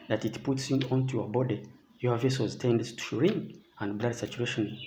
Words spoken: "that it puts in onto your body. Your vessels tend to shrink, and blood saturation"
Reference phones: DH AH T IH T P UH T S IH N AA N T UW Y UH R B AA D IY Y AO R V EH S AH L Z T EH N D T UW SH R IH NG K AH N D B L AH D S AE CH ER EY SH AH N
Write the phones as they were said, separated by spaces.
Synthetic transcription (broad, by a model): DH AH T IH T P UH T S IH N AA N T UW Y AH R B AA D IY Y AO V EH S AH Z T EH N D T UW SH R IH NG AH N D B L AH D S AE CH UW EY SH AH N